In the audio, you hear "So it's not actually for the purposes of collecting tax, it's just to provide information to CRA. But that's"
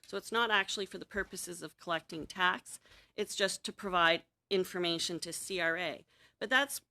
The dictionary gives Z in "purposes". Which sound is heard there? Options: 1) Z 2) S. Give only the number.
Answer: 1